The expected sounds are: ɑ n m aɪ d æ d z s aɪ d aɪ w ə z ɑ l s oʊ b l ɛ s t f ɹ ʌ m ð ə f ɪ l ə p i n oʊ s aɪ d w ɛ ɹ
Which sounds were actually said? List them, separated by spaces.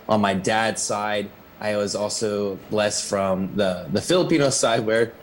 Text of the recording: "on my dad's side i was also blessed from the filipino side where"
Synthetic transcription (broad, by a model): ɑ n m aɪ d æ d s aɪ d aɪ w ə z ɑ l s oʊ b l ɛ s t f ɹ ʌ m ð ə f ɪ l ə p i n oʊ s aɪ d w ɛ ɹ